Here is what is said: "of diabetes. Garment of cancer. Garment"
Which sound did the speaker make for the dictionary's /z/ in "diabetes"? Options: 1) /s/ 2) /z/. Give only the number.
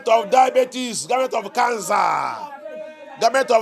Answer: 1